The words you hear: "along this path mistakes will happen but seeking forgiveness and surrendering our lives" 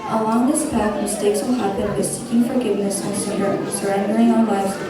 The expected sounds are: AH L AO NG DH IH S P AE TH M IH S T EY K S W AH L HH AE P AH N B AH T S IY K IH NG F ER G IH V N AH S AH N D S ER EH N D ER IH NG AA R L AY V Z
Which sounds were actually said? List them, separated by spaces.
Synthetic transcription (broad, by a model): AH L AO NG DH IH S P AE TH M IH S T EY K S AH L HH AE B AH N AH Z S IY K IH NG F ER G IH V N AH S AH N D S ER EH N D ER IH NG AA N L AY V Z